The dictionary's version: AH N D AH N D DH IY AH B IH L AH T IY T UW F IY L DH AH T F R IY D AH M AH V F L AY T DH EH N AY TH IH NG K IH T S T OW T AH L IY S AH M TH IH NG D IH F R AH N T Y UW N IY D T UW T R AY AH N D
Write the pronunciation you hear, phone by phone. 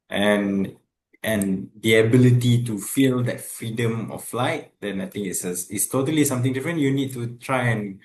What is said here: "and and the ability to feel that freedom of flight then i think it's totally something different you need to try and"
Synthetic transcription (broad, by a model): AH N AH N D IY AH B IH L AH T IY T UW F IY L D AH T F R IY D AH M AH F L AY T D EH N AY T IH NG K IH T S T OW T AH L IY S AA M T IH NG D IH F R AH N Y UW N IY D T UW T R AY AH N